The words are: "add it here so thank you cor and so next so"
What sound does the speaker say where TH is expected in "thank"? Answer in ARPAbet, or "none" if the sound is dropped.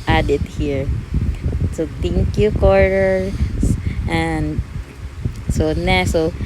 T